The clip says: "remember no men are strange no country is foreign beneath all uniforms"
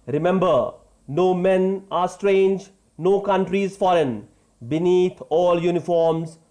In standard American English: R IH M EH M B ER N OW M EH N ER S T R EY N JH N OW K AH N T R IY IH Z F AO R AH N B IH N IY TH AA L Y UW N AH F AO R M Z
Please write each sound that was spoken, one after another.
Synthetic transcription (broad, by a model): R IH M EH M B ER N OW M EH N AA S T R EY N JH N OW K AH N T R IY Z F AO R AH N B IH N IY T AA L Y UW N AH F AO R M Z